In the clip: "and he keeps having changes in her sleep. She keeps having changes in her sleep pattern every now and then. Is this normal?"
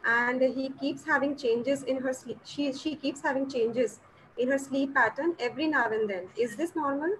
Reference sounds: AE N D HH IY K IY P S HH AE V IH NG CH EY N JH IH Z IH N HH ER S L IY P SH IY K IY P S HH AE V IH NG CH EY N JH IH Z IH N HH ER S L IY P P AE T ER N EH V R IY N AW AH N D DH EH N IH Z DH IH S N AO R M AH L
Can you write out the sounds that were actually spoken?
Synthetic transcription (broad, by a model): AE N D HH IY K IY P S HH AE V IH NG CH EY N JH IH Z IH N HH ER S L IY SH SH IY K IY P S HH AE V IH NG CH EY N JH IH Z IH N HH ER S L IY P P AE T ER N EH V R IY N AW AH N D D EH N IH Z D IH S N AO R M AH L